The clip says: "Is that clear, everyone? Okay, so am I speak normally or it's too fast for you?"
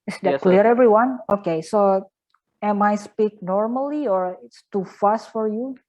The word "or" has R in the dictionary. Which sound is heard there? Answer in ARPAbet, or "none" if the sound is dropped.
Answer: R